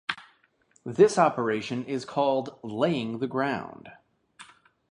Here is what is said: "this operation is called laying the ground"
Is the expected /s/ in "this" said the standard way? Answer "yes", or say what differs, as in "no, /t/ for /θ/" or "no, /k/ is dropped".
yes